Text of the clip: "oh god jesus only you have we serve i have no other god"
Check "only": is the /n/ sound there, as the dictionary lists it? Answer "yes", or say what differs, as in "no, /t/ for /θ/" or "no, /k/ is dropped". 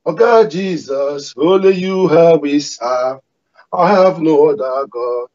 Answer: no, /n/ is dropped